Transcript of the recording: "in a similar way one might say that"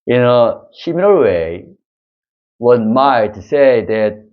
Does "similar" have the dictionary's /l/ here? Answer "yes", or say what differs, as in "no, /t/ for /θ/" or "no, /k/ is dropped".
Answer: no, /n/ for /l/